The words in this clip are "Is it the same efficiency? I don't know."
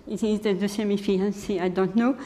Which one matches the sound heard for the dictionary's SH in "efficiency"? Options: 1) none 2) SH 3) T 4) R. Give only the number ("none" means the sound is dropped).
1